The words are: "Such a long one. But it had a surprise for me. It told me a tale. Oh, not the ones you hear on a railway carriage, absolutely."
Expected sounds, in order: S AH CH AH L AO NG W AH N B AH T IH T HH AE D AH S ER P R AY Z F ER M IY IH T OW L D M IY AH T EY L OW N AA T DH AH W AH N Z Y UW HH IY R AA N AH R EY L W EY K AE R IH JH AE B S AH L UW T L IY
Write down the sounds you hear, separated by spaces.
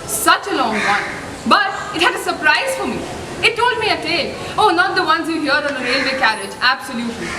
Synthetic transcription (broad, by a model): S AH CH AH L AO NG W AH N B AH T IH T HH AE D AH S ER P R AY Z F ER M IY IH T OW L D M IY AH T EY OW N AA T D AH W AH N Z Y UW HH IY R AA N AH R EY L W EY K AE R IH JH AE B S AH L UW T L IY